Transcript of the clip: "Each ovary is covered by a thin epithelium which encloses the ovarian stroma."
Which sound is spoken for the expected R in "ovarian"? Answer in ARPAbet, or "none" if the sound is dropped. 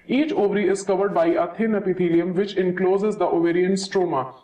R